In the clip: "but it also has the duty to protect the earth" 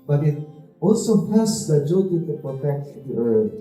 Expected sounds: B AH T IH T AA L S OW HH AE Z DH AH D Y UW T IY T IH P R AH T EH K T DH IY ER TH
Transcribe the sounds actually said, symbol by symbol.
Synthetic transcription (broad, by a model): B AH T IH T AA L S OW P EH S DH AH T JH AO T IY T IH P R AH T EH K T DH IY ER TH